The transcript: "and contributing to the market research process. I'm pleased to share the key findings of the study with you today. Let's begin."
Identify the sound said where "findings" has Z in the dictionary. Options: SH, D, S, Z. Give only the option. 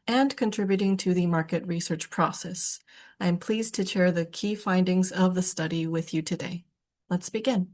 Z